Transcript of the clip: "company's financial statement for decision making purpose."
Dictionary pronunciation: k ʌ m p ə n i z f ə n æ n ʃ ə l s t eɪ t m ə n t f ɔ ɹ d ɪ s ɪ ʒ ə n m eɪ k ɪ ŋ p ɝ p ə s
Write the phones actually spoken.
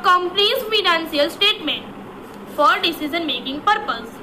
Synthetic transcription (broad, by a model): k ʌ m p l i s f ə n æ n s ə l s t eɪ t m ə n t f ɔ ɹ d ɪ s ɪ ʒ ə n m eɪ k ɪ ŋ p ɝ p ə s